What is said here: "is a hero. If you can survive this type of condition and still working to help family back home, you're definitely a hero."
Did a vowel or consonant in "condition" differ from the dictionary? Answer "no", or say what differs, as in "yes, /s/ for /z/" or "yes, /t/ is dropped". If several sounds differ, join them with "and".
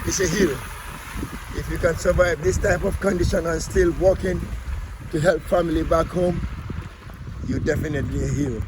no